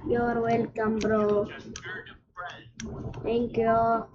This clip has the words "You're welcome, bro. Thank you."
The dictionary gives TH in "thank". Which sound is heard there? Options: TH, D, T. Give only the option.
T